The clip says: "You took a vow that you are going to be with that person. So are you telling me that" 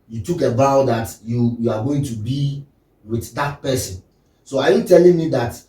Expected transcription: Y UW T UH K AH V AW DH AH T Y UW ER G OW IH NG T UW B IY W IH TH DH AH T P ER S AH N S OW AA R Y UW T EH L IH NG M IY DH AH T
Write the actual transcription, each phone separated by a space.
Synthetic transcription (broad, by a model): Y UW T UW K AH B AW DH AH T Y UW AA G OW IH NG T UW B IY W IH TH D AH T P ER S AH N S OW AA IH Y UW T EH L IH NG M IY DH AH T